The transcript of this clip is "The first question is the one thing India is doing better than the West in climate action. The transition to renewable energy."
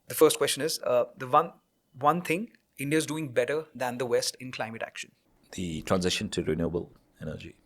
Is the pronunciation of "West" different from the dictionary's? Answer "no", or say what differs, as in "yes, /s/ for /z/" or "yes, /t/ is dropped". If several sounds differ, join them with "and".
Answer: no